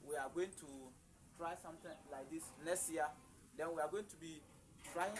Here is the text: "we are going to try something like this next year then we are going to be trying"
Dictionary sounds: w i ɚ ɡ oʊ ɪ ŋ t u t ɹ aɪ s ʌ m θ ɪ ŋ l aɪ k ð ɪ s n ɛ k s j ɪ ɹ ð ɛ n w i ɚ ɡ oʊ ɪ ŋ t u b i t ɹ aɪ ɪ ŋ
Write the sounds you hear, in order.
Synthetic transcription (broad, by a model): w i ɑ ɡ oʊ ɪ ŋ t u t ɹ aɪ s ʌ m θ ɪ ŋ l aɪ k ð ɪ s n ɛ s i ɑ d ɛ n w i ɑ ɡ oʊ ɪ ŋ t u b i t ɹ aɪ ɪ